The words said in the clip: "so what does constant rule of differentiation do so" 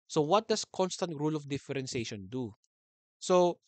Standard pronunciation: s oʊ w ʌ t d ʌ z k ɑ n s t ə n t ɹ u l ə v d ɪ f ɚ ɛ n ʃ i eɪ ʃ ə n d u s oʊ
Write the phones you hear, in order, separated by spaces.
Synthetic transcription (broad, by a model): s oʊ w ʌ t d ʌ s k ɑ n s t ə n t ɹ u l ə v d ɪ f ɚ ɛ n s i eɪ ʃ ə n d u s oʊ